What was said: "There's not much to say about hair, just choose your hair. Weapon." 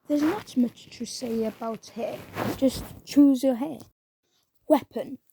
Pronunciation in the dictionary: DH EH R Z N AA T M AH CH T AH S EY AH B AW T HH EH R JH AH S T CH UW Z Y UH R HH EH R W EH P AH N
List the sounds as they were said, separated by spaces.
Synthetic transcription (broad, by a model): DH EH Z N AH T M AH CH T AH S EY AH B AW T HH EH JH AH S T CH UW Z Y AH HH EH W EH P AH N